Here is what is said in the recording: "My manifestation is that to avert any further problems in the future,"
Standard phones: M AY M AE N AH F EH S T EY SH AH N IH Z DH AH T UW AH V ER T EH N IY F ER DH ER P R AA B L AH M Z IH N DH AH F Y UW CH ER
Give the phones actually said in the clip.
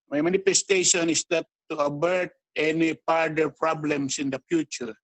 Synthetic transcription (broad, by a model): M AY M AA N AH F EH S T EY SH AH N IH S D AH T UW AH B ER T EH N IY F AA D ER P R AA B L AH M S IH N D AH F Y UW CH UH